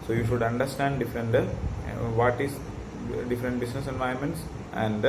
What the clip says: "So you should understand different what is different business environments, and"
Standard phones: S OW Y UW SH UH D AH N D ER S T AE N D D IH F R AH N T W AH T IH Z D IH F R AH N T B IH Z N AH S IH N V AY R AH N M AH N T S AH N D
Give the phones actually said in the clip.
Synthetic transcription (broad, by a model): S OW Y UW SH UH D AH N D ER S T AE N D D IH F R AH N T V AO T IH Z D IH F R AH N T B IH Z N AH S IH N V AY AH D M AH N T S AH N D